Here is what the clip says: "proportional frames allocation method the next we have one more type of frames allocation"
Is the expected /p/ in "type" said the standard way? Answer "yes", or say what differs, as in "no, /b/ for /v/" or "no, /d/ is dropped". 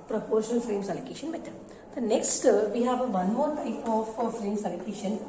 no, /f/ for /p/